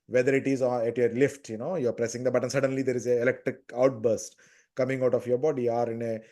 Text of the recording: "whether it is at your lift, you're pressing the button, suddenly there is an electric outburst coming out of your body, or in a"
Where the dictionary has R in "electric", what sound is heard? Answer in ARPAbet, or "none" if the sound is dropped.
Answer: R